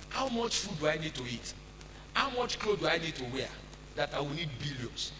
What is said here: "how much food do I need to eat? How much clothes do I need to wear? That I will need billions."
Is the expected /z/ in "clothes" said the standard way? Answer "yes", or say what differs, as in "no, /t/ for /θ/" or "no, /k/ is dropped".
no, /z/ is dropped